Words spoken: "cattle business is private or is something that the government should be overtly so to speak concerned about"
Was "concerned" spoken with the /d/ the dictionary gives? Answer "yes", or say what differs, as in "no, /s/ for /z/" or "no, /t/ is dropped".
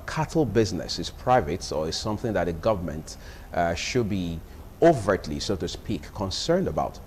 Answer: yes